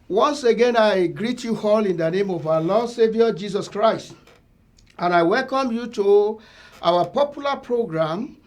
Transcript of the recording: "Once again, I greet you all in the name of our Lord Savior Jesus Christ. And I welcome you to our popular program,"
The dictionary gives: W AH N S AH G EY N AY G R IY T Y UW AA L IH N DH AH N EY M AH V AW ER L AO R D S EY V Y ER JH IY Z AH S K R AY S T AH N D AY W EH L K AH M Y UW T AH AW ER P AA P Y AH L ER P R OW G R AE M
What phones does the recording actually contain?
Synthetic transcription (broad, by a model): W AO N S AH G EY N AY G R IY T Y UW AA L IH N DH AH N EY M AH V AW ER L AO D S EY V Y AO JH IY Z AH S K R AY S T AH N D AY W EH L K AH M Y UW T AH AW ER P AA P Y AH L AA P R OW G R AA M